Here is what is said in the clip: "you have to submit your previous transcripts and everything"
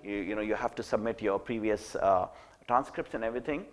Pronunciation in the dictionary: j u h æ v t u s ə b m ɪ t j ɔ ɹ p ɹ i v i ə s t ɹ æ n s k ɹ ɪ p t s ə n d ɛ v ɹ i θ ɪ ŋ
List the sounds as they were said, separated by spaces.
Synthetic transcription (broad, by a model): j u h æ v t u s ə b m ɪ t j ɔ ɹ p ɹ i v i ə s t ɹ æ n s k ɹ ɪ p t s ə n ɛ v ɹ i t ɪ ŋ